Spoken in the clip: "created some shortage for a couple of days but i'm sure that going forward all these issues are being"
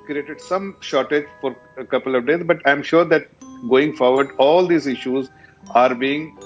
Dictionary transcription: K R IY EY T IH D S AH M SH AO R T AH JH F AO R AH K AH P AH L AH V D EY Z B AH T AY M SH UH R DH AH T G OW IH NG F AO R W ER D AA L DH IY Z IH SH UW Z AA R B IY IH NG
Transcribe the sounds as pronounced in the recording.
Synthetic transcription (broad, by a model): K R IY EY T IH D S AH M SH AO R T AH JH F AO R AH K AH P AH L AH V D EY Z B AH T AY M SH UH R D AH T G OW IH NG F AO R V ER D AA L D IY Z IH SH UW Z AA R B IY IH NG